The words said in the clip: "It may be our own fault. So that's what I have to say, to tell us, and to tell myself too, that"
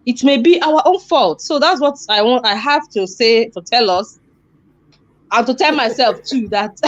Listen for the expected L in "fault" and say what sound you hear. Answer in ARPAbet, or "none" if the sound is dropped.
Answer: L